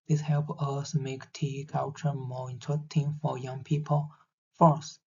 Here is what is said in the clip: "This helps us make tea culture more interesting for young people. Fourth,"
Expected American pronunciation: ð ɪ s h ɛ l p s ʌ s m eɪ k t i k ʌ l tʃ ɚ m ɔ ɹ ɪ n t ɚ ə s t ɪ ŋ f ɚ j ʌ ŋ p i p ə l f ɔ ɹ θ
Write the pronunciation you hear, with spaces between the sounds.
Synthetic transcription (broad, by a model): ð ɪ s h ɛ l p ʌ s m eɪ k t i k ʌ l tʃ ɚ m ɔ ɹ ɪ n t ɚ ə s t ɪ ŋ f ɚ j ʌ ŋ p i p ə l f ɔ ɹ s